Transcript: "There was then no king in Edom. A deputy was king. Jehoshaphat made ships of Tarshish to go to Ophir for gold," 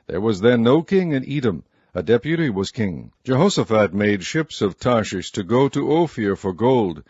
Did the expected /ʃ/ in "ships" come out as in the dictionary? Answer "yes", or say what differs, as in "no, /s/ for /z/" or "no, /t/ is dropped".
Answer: yes